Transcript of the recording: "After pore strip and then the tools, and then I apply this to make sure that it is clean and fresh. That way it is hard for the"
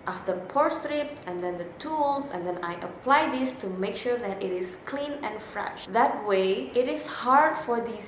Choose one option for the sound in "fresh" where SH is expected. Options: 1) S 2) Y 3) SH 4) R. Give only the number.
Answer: 3